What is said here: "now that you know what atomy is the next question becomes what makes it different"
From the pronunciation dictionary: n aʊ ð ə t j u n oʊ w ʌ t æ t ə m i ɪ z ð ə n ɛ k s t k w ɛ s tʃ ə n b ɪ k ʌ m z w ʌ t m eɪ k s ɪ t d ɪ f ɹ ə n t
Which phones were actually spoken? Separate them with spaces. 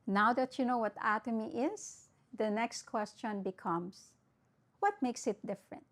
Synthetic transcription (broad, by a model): n aʊ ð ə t j u n oʊ w ʌ t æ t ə m i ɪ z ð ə n ɛ k s t k w ɛ s tʃ ə n b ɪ k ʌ m s w ʌ t m eɪ k s ɪ t d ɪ f ɹ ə n t